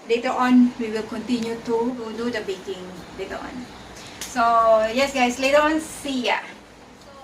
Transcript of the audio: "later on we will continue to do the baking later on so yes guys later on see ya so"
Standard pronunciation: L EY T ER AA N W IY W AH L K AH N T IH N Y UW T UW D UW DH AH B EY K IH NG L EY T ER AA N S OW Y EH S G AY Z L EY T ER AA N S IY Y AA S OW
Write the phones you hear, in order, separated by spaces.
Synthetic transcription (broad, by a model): L EY T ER AA N W IY W AH L K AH N T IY N Y UW T UW D UW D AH B EY K IH NG L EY T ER AA N S OW Y EH S G AY S L EY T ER AA N S IY Y AA